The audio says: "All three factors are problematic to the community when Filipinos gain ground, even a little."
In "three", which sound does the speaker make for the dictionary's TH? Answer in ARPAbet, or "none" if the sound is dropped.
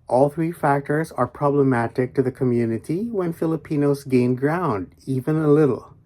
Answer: TH